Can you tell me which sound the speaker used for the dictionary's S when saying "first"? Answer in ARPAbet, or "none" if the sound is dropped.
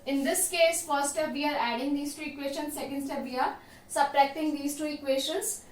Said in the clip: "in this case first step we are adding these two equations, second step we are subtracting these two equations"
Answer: none